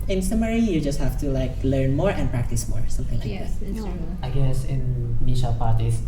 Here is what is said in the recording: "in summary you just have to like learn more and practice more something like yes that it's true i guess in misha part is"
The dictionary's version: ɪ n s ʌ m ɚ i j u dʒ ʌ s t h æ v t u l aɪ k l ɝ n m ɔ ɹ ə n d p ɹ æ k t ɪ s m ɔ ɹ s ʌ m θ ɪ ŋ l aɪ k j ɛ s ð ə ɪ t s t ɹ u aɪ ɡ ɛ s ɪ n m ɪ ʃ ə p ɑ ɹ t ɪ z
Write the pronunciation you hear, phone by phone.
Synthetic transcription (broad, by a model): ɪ n s ʌ m ɚ i j u dʒ ʌ s t h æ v t u l aɪ k l ɝ n m ɔ ɹ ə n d p ɹ æ k t ɪ s m ɔ ɹ s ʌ m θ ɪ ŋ l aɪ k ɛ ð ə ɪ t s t ɑ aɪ ɡ ɛ s ɪ n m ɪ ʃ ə p ɑ ɹ t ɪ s